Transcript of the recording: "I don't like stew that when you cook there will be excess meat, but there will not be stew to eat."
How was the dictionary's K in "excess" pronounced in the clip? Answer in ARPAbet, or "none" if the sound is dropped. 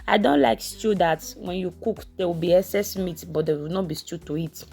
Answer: none